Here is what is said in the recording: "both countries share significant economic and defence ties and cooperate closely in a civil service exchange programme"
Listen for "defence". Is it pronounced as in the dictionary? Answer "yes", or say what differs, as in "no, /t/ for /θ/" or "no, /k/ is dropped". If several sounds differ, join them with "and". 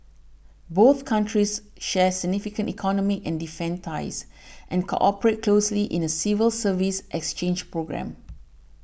no, /s/ is dropped